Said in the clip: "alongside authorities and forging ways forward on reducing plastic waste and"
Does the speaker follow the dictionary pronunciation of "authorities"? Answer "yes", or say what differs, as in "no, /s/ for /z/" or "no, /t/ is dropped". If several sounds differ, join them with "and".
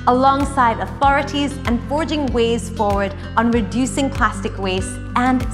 yes